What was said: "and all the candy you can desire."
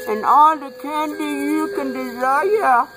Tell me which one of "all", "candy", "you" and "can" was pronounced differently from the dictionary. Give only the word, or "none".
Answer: none